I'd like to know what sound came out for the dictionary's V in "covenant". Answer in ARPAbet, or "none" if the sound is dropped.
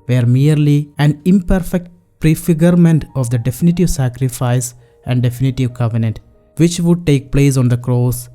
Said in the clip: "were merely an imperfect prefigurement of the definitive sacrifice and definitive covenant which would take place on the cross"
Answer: V